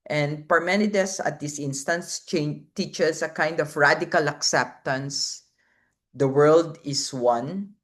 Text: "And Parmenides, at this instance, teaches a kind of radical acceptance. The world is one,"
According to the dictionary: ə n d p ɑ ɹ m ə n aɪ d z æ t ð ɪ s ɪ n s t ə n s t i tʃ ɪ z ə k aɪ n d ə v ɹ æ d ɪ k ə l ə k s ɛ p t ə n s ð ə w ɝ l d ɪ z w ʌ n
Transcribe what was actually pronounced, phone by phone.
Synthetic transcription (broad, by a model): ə n d p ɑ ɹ m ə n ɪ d s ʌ t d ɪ s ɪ n s t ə n s t i tʃ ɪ s ə k aɪ n d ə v ɹ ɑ d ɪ k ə l ə k s ɛ p t ə n s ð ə w ɝ l d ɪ s w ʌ n